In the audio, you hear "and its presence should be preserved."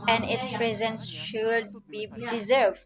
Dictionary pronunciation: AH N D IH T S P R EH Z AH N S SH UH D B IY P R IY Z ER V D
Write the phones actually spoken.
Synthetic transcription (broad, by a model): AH N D IH T S P R EH Z AH N S SH UH D B IY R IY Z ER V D